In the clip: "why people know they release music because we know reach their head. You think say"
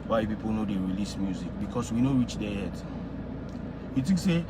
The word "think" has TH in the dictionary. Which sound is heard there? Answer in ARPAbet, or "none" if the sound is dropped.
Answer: T